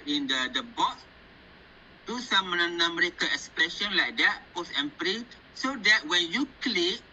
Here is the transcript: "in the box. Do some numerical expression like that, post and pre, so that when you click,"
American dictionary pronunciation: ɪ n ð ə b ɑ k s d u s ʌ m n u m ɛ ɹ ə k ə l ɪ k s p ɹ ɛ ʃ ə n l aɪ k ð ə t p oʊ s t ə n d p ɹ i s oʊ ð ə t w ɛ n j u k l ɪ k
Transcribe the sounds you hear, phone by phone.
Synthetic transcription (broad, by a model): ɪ n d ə b ɑ s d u s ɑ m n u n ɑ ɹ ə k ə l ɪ k s p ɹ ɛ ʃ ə n l aɪ k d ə t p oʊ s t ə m p ɹ i s oʊ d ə t w ɛ n j u k l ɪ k